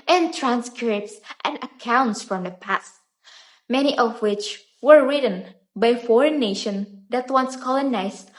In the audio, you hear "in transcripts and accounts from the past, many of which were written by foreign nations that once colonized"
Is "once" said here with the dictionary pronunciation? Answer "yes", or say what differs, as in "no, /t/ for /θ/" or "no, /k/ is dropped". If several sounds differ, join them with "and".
yes